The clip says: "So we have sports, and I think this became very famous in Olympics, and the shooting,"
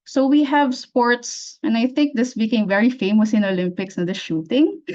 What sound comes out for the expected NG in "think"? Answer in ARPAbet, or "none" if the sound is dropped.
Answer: NG